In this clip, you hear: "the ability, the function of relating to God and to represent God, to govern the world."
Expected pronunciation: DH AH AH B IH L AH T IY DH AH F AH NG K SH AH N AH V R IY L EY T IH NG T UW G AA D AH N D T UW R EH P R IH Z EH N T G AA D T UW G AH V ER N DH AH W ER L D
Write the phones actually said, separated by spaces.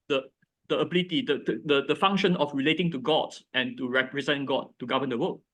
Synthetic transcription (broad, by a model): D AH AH B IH L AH T IY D AH F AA NG K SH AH N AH F R IY L EY T IH NG T UW G AA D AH N T UW R EH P R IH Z EH N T G AA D T UW G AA V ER N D AH W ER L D